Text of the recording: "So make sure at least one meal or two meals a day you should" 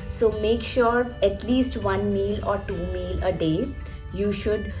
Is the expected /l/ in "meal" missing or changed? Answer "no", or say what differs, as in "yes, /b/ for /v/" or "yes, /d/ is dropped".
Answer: no